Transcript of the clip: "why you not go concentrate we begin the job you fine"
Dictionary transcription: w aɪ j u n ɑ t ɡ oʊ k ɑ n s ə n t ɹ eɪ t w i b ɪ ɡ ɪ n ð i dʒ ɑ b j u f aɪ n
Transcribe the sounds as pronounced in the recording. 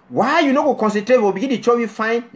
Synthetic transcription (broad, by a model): w aɪ j u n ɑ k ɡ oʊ k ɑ n s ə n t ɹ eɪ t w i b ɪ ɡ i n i tʃ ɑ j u f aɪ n